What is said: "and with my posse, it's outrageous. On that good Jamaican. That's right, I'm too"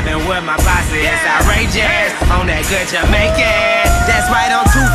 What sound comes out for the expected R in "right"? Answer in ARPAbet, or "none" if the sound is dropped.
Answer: W